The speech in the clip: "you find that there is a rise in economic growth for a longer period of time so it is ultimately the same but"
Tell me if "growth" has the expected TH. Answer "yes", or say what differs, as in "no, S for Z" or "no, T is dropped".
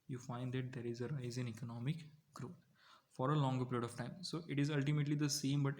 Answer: no, T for TH